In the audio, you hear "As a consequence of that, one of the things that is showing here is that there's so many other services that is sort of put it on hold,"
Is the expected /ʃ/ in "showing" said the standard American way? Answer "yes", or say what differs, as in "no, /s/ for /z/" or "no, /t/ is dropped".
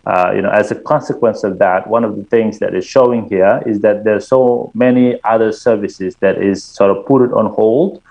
yes